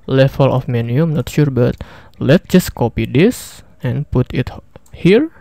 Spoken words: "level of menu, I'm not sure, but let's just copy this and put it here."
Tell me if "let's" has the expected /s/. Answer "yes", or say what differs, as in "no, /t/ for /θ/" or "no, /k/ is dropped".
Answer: no, /s/ is dropped